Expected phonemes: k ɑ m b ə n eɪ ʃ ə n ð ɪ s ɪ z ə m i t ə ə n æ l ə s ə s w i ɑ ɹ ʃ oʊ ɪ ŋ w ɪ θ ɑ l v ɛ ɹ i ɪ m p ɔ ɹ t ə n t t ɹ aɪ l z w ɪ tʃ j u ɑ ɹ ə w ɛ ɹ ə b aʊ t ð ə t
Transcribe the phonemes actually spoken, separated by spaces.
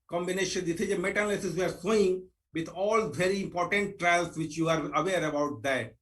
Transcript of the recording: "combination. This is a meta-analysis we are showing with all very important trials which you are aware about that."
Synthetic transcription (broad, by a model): k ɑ m b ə n eɪ ʃ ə n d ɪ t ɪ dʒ ə m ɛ t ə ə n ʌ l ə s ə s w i ɑ ɹ s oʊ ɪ ŋ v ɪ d ɑ l v ɛ ɹ i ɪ m p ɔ ɹ t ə n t t ɹ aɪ l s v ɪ tʃ j u ɑ ɹ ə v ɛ ɹ ə b aʊ t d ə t